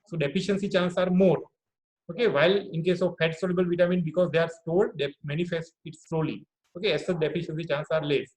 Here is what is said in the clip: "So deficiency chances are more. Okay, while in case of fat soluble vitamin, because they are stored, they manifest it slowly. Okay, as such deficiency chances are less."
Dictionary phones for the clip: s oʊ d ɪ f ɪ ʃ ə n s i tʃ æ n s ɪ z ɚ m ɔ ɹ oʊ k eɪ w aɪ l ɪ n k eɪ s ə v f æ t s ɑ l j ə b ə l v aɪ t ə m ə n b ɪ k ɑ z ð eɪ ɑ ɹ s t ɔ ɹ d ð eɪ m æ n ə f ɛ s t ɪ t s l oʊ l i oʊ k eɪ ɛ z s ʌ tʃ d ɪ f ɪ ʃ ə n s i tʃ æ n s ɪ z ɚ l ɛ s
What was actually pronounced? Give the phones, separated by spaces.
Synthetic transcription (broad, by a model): s oʊ d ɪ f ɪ ʃ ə n s i tʃ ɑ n s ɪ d m ɔ ɹ oʊ k eɪ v aɪ l ɪ n k eɪ s ə v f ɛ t s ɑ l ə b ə l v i t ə m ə n b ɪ k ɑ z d eɪ ɑ ɹ s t ɔ l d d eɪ m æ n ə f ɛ s t ɪ t s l oʊ l i oʊ k eɪ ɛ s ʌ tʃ d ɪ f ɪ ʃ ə n s i tʃ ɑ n s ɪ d l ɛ s